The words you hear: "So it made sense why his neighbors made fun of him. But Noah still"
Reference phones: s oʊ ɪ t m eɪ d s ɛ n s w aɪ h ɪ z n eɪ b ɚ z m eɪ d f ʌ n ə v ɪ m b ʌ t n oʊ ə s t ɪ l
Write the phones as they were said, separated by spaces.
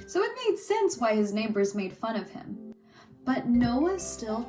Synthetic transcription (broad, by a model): s oʊ ɪ t m eɪ d s ɛ n s w aɪ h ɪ z n eɪ b ɚ z m eɪ d f ʌ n ə v ɪ m b ʌ t n oʊ ə s t ɪ l